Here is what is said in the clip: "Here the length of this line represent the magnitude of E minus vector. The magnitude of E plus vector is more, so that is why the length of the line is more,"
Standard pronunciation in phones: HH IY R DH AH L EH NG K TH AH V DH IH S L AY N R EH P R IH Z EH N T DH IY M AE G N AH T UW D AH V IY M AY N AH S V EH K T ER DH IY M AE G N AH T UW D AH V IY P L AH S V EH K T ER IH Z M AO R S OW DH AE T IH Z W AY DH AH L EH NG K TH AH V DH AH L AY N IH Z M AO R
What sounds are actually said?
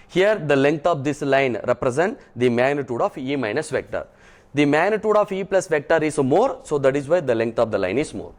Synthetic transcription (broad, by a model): HH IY R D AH L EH NG K T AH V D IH S L AY N R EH P R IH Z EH N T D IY M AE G N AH T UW D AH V IY M AY N AH S V EH K T ER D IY M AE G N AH T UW D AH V IY P L AH S V EH K T ER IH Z M AO R S OW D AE T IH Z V AY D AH L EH NG K T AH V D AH L AY N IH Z M AO R